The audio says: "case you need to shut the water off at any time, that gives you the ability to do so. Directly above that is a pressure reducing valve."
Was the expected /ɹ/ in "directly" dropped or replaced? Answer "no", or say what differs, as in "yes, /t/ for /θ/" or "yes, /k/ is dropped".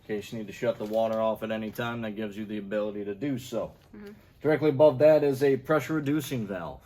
no